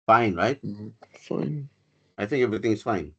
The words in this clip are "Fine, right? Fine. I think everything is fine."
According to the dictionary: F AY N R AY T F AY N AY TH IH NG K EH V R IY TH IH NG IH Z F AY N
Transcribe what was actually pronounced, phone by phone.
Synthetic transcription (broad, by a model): F AY N R AY T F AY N AY TH IH NG K EH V R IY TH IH NG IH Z F AY N